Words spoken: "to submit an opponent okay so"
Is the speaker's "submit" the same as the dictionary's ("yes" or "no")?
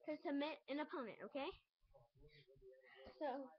no